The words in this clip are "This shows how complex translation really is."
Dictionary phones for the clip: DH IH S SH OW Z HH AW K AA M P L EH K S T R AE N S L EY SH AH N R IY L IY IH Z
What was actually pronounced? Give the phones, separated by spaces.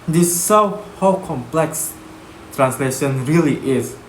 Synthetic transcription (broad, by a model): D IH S S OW HH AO K AA M P L EH K S T R AE N S L EY SH AH N R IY L IY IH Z